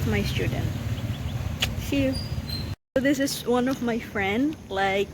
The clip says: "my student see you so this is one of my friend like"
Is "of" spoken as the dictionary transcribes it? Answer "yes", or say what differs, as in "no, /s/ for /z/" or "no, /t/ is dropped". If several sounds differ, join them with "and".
yes